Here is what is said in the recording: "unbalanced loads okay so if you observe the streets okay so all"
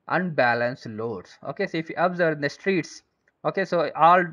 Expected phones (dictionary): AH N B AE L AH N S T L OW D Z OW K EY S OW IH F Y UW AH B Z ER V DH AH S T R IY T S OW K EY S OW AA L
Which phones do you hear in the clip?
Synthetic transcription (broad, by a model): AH N B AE L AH N S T L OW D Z OW K EY S OW IH F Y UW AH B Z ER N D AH S T R IY T S OW K EY S OW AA L